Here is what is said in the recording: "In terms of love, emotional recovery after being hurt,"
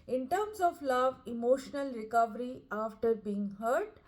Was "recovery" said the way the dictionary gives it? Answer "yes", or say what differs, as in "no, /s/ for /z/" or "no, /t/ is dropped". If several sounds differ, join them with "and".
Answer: yes